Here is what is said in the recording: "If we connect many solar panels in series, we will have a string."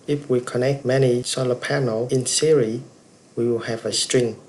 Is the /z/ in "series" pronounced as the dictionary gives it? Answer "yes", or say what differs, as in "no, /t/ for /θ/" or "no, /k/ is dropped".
no, /z/ is dropped